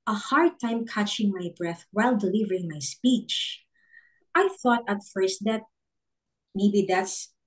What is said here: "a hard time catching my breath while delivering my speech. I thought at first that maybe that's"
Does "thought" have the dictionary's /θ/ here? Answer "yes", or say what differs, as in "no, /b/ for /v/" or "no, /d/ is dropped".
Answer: yes